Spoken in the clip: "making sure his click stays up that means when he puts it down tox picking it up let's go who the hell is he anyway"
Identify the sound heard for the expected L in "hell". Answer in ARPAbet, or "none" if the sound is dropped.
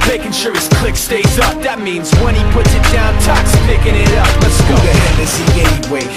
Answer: N